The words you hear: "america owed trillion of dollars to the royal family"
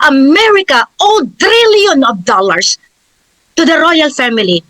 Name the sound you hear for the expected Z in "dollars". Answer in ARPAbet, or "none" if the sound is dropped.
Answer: S